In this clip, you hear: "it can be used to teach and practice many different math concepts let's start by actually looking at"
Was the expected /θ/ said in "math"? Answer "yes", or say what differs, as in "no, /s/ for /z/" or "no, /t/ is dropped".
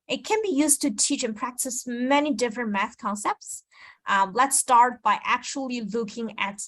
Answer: yes